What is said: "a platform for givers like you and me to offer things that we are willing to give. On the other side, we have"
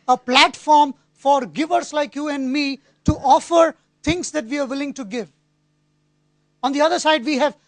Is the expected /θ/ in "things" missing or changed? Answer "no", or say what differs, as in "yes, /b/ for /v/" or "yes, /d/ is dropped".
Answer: yes, /t/ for /θ/